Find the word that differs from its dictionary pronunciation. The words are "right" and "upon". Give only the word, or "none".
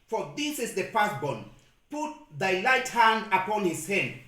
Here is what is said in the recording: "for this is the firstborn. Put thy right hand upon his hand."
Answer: right